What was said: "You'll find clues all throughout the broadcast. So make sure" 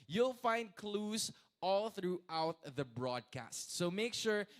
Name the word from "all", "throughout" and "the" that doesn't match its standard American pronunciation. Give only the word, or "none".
none